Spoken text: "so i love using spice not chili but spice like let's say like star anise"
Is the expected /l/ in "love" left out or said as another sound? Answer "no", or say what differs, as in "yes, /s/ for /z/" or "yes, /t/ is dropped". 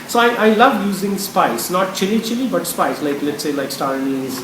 no